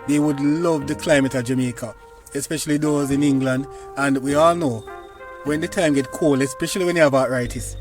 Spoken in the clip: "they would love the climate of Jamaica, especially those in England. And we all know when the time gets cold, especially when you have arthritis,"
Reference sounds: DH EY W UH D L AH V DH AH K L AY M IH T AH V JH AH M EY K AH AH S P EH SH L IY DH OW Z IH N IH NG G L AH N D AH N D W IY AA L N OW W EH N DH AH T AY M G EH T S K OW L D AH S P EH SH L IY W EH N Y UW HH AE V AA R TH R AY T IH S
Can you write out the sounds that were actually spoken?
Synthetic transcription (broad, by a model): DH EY W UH D L AH V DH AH K L AY M IH T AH JH AH M EY K AH AH S P EH SH L IY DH OW Z IH N IH NG G L AH N D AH N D W IY AA L N OW W EH N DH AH T AY M G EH T K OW L AH S P EH SH L IY W EH N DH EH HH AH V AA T R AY T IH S